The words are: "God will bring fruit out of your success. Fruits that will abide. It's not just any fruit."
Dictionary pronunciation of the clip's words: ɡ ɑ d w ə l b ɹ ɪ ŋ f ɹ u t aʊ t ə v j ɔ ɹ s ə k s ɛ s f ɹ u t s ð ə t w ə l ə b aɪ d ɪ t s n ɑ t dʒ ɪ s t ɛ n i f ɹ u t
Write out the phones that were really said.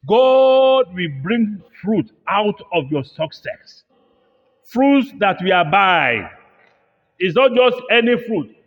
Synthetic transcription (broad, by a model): ɡ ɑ d w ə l b ɹ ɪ ŋ f ɹ u t aʊ t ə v j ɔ s ə k s ɛ s f ɹ u t s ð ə t w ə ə b aɪ ɪ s n ɑ t dʒ ɪ s t ɛ n i f ɹ u t